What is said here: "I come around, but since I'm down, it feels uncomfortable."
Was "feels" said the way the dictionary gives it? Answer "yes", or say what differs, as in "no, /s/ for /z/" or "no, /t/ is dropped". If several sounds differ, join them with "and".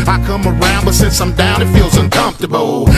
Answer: yes